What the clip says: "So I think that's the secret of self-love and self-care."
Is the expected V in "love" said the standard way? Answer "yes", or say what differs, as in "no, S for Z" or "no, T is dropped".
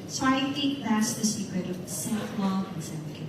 no, V is dropped